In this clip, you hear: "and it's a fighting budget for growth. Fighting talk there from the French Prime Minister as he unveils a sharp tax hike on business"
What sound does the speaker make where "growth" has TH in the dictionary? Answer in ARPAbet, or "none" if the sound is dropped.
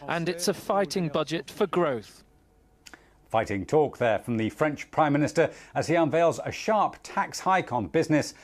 TH